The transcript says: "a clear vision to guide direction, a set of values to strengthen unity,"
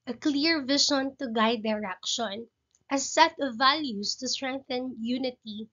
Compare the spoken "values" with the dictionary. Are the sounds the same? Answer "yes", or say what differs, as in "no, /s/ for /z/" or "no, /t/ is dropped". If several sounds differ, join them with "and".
no, /s/ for /z/